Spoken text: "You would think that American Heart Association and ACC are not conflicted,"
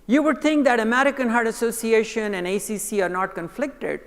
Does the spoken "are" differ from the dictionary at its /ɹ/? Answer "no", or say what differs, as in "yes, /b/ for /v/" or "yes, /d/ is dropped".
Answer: no